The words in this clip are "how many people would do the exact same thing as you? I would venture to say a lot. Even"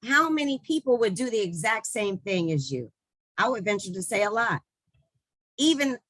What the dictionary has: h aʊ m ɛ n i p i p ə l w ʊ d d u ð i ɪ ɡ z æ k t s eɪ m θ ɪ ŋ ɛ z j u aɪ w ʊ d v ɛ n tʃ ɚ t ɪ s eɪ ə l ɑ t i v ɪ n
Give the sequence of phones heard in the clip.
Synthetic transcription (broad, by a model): h aʊ m ɛ n i p i p l w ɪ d d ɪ ð i ɪ ɡ z æ k t s eɪ m θ ɪ ŋ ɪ z j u aɪ w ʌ d v ɛ n tʃ ɚ t ɪ s eɪ ə l ɑ t i v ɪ n